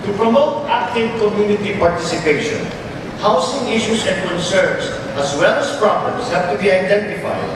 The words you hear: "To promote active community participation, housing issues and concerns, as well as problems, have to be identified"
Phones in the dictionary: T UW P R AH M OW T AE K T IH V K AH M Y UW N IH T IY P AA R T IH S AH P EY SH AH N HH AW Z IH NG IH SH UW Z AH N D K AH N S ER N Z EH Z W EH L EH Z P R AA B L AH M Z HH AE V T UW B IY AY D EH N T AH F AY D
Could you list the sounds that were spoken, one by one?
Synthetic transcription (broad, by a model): T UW P R AH M OW T AE K T IH V K AH M Y UW N IH T IY P AA R T IH S AH P EY SH AH N HH AW S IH NG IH SH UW S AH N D K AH N S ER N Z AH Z W EH L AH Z P R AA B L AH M S HH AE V T UW B IY AY D EH N T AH F AY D